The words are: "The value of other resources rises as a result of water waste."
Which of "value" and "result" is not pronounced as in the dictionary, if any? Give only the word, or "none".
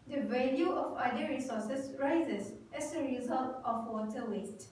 none